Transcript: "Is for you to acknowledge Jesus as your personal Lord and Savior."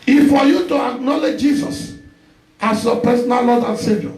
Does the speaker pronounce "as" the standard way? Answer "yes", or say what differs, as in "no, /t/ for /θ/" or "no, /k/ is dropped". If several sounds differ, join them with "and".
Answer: no, /s/ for /z/